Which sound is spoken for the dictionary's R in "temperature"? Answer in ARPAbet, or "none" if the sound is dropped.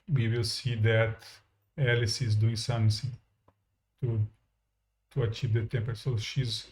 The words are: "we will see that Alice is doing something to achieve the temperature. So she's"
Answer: none